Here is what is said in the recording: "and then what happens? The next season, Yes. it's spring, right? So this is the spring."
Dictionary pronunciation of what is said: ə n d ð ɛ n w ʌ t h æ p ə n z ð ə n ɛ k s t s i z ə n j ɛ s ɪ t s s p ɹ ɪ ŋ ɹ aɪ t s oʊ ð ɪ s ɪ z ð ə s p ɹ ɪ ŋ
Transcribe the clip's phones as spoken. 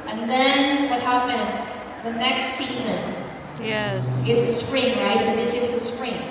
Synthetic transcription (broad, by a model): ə n ð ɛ n w ʌ t h æ p ə n z ð ə n ɛ k s t s i z ə n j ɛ ɪ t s s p ɹ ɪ ŋ ɹ aɪ t s oʊ ð ɪ s ɪ z ð ə s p ɹ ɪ ŋ